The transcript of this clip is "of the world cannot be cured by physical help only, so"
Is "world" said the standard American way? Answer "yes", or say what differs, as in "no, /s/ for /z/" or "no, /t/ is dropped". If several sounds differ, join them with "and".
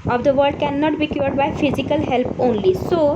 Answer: no, /l/ is dropped